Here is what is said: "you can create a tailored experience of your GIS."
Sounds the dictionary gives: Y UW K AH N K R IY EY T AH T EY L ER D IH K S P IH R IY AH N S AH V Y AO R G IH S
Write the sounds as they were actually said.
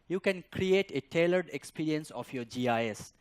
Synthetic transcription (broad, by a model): Y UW K AH N K R IY EY T AH T EY L ER D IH K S P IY R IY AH N S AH F Y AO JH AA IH S